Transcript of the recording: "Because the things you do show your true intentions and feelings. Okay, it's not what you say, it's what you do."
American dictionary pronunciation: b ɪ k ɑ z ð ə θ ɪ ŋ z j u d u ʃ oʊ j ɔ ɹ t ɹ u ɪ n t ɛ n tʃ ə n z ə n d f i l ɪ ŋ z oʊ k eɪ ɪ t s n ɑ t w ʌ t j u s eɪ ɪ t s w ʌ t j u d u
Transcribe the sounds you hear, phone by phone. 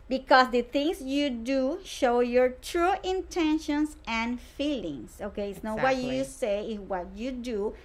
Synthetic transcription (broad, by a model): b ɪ k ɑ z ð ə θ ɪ ŋ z j u d u ʃ oʊ j ɔ ɹ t ɹ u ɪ n t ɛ n ʃ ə n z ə n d f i l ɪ ŋ s oʊ k eɪ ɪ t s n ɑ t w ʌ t j u s eɪ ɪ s w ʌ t j u d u